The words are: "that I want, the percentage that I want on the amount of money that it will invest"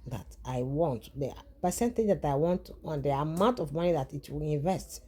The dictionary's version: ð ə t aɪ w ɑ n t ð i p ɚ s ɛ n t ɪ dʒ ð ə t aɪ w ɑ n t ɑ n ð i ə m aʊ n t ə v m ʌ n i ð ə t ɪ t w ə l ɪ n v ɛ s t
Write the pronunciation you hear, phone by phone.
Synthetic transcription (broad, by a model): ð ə t aɪ w ɑ n t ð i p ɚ s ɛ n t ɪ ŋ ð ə t aɪ w ɑ n t ɑ n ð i ə m aʊ n t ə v m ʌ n i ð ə t ɪ t w ə l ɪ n v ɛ s t